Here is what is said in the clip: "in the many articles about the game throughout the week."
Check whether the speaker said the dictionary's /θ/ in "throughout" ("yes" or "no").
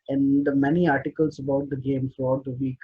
no